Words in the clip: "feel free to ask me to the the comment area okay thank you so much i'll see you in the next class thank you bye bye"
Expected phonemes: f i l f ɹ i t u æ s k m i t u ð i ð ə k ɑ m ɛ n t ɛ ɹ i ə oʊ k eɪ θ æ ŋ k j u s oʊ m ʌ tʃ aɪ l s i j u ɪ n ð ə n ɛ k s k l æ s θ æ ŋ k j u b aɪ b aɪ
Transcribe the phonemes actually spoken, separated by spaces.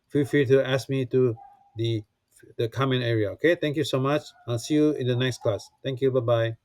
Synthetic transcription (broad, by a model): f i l f i t u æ s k m i t u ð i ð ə k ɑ m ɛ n ɛ ɹ i ə oʊ k eɪ t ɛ ŋ k j u s oʊ m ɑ tʃ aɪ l s i j u ɪ n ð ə n ɛ k s k l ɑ s t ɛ ŋ k j u b aɪ b aɪ